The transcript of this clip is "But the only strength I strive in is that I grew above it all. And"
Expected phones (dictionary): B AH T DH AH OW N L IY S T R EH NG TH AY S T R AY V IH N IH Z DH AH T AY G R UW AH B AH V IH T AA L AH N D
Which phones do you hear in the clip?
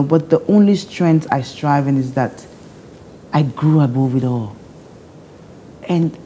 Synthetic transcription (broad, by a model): B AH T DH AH OW N L IY S T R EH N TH AY S T R AY V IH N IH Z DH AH T AY G R UW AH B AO W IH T AA L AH N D